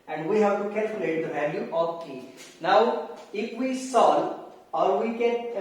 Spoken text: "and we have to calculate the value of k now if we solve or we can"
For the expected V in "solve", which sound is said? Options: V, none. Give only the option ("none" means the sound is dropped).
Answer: none